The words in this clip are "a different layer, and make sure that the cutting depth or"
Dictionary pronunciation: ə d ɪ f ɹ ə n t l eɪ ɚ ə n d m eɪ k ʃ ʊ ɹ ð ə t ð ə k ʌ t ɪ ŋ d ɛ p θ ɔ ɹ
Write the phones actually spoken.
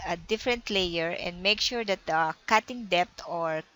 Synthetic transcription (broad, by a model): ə d ɪ f ɹ ə n t l eɪ ɚ ə n d m eɪ k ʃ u ɹ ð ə t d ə k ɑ t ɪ ŋ d ɛ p t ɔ ɹ